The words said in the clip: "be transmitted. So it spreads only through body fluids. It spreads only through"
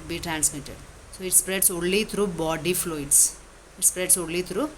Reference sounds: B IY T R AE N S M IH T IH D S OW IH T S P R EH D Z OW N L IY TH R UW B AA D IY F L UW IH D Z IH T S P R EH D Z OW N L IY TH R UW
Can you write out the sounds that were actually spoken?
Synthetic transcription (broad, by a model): B IY T R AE N S M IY T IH D S OW IH T S P R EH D S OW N L IY T R UW B AA D IY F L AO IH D S IH T S P R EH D S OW L L IY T R UW